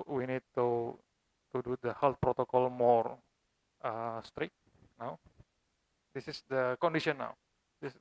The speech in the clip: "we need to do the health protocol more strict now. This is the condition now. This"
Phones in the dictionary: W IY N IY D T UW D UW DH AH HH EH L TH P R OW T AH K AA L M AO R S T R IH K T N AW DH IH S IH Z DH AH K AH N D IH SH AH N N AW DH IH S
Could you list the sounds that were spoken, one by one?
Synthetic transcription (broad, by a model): W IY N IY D T UW D UW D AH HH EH L T P R OW T AH K AA L M AO R S T R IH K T N AW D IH S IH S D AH K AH N D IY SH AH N N AW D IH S